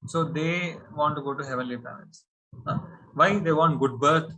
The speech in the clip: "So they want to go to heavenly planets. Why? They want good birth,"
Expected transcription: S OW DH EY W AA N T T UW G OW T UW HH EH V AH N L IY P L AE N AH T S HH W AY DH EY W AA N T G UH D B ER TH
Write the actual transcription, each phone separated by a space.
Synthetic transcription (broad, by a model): S OW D EY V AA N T T UW G OW T UW HH EH V AH N L IY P AE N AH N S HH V AY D EY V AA N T G UH D B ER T